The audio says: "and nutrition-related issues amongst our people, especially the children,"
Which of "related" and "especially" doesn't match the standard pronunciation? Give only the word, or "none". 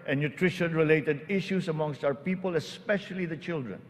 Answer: none